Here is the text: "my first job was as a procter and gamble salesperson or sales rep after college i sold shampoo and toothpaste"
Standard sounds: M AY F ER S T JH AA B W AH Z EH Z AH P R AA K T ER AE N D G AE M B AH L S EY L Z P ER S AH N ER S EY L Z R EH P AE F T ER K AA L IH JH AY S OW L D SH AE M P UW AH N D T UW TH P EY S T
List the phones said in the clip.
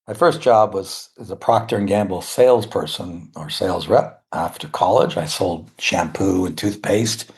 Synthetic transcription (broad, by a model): M AY F ER S JH AA B W AH Z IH Z AH P R AA K T ER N G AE M B L S EY L Z P ER S AH N ER S EY L Z R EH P AE F T ER K AA L IH JH AY S OW L D SH AE M P UW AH N T UW TH P EY S T